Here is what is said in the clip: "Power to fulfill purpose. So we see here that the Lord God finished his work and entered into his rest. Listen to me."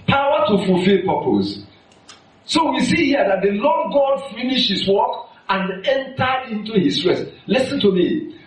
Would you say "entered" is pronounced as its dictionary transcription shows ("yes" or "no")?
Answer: no